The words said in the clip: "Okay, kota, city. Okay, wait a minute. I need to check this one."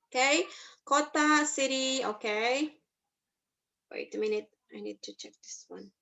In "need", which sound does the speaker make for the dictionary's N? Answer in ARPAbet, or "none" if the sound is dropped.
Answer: N